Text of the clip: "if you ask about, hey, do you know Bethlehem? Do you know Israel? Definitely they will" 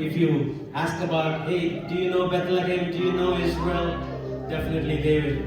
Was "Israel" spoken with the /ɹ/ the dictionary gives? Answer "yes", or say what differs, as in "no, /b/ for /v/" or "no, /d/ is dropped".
no, /w/ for /ɹ/